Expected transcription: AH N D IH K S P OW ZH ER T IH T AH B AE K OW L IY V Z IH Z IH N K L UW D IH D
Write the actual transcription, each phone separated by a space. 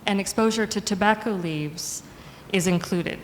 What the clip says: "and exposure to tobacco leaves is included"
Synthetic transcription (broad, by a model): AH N IH K S P OW ZH ER T IH T AH B AE K OW L IY V Z IH Z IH N K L UW D IH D